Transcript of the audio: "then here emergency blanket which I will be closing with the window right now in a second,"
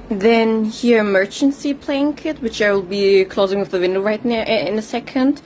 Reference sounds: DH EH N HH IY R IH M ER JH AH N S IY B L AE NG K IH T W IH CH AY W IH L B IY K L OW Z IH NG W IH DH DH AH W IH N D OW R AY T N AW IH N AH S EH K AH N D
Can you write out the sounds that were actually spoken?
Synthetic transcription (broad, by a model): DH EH N HH IY R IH M ER CH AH N S IY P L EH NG K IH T W IH CH AY W IH L B IY K L OW Z IH NG W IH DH DH AH W IH N D OW R AY T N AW IH N AH S EH K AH N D